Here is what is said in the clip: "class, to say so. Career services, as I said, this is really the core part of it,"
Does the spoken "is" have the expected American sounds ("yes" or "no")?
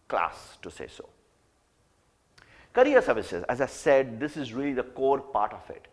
yes